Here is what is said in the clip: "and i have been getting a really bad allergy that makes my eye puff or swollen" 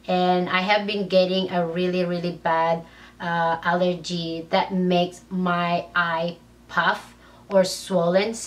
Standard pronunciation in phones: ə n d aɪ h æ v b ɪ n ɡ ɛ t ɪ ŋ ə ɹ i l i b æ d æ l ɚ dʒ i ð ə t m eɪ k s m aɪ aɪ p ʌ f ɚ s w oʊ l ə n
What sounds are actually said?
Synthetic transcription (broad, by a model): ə n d aɪ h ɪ v b ɪ n ɡ ɛ t ɪ ŋ ə ɹ i l i b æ d æ l ɚ dʒ i ð ə t m eɪ k s m aɪ aɪ p ʌ f ɚ s w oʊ l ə n